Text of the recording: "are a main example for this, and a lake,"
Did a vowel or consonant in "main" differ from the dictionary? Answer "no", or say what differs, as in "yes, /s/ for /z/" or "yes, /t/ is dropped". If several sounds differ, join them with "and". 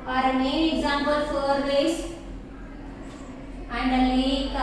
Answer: yes, /n/ is dropped